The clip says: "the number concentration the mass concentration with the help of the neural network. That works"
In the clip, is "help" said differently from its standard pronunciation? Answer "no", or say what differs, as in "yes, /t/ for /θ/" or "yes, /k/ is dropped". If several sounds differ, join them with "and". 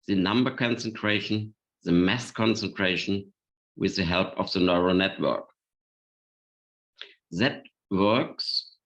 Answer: no